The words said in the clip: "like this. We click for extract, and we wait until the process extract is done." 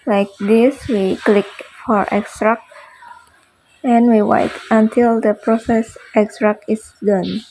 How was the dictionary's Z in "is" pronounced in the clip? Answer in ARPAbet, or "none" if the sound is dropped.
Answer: S